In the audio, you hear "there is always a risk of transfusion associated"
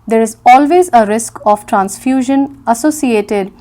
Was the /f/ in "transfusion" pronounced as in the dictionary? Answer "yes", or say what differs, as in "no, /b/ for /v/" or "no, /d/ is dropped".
yes